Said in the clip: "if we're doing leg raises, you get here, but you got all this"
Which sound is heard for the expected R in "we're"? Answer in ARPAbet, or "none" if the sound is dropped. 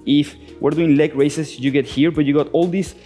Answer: R